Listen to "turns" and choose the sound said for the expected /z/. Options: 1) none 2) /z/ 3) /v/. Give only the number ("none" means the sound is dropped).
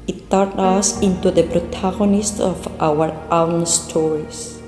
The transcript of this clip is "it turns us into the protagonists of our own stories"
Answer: 1